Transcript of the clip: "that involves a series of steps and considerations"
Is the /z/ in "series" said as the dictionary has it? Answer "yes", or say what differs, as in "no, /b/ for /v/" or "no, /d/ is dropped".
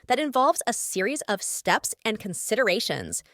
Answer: yes